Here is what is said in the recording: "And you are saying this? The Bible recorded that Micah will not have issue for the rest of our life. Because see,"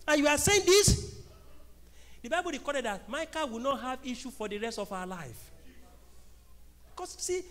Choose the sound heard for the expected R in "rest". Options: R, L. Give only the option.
R